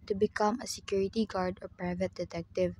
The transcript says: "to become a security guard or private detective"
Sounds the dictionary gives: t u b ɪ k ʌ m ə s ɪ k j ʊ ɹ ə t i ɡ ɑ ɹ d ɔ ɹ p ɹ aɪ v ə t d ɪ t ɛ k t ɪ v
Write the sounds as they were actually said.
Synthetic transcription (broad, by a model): t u b ɪ k ʌ m ə s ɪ k j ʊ ɹ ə t i ɡ ɑ ɹ d ɔ ɹ p ɹ aɪ v ə t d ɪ t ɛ k t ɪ v